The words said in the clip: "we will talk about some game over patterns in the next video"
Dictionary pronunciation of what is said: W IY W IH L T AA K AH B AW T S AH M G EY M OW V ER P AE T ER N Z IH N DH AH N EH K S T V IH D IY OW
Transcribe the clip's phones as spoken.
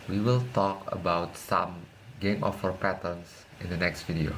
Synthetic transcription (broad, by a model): W IY W IH L T AA K AH B AW T S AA M G EY M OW F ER P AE T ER N S IH N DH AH N EH K S T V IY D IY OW